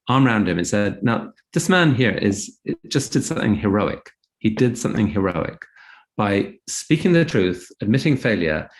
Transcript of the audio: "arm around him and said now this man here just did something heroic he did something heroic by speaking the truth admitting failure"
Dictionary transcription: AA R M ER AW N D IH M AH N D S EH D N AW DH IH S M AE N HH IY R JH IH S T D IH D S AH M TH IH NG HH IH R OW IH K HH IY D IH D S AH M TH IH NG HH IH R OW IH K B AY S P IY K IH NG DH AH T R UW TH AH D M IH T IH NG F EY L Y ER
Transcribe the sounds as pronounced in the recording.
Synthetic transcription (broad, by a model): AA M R AW N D IH M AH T S EH D N AW DH IH S M AE N HH IY R Z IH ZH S D IH D S AH M TH IH NG HH IH R OW IH K HH IY D IH D S AH M TH IH NG HH IH R OW IH K B AY S P IY K IH NG DH AH T R UW TH AH D M IH T IH NG F EY L Y ER